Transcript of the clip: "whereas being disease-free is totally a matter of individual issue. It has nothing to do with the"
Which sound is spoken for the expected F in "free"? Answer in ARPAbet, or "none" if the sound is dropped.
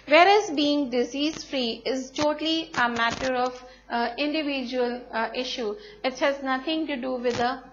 F